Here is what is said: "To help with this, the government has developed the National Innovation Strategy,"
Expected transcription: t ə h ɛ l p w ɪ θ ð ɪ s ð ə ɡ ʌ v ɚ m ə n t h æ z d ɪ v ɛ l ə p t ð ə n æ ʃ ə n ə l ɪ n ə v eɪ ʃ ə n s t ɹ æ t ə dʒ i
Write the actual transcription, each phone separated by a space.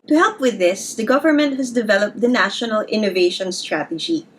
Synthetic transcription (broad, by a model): t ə h ɛ l p w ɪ ð ɪ s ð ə ɡ ʌ v ɚ m ə n t h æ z d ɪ v ɛ l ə p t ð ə n æ ʃ ə n ə l ɪ n ə v eɪ ʃ ə n s t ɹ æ t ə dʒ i